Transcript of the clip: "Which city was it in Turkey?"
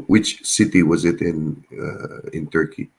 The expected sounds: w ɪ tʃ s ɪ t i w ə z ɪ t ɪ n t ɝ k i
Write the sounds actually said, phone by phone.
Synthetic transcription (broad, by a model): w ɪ tʃ s ɪ t i w ə z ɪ t ɪ n t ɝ k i